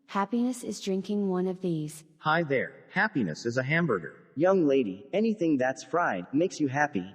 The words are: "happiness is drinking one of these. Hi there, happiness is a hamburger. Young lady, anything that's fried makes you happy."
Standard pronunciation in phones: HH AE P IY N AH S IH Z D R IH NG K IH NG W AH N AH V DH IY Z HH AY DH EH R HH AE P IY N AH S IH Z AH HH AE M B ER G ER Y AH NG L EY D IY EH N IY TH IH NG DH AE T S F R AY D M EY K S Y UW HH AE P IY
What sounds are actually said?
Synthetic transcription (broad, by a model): HH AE P IY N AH S IH Z D R IH NG K IH NG W AH N AH V DH IY Z HH AY DH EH R HH AE P IY N AH S IH Z AH HH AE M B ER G ER Y AH NG L EY D IY EH N IY TH IH NG DH AE T S F R AY D M EY K S Y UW HH AE P IY